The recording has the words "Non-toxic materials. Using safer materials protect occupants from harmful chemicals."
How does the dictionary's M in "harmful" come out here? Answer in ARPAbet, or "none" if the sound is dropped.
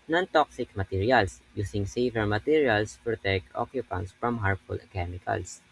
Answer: none